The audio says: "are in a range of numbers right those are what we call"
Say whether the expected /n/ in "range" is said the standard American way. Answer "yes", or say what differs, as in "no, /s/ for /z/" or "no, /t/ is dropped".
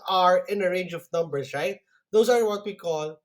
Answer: yes